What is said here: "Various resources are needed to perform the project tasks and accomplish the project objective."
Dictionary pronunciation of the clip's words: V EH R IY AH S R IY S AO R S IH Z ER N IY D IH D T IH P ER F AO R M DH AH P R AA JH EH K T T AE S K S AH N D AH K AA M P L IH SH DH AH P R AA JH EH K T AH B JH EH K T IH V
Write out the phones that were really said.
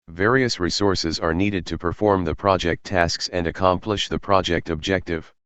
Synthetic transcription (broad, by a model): V EH R IY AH S R IY S AO R S IH Z ER N IY D IH D T IH P ER F AO R M DH AH P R AA JH EH K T T AE S K S AH N D AH K AA M P L IH SH DH AH P R AA JH EH K T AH B JH EH K T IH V